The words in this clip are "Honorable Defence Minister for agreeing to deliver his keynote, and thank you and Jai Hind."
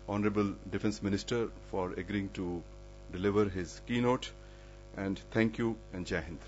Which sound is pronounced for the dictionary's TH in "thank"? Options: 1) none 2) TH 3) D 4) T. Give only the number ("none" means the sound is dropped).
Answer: 4